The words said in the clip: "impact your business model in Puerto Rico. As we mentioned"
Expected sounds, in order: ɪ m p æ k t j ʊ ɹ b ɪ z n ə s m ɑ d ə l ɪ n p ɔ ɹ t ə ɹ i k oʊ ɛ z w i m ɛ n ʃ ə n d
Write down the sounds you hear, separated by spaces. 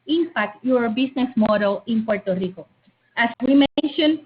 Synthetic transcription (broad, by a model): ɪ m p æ k t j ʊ ɹ b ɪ s n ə s m ɑ d ə l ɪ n p ɔ ɹ t ə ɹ i k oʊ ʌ s w i m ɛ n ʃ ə n